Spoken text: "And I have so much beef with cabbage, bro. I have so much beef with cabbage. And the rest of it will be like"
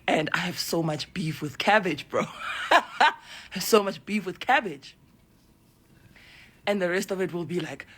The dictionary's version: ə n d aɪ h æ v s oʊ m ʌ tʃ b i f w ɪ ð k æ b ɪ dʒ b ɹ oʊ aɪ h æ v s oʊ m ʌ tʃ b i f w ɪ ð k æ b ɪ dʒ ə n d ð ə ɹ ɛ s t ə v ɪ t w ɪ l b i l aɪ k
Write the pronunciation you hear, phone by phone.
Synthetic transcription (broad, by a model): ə n d aɪ h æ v s oʊ m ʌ tʃ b i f w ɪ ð k æ b ɪ dʒ b ɹ oʊ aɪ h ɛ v s oʊ m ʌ tʃ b i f w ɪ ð k æ b ɪ dʒ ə n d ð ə ɹ ɛ s t ə v ɪ t w ɪ l b i l aɪ k